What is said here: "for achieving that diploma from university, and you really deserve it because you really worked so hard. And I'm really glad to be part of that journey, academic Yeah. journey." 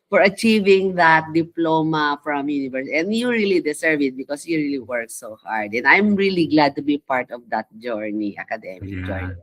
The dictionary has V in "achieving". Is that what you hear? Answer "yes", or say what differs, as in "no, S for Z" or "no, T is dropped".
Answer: yes